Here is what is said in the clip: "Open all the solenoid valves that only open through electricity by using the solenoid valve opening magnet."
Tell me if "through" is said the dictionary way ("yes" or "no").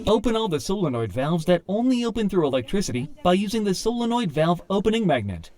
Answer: yes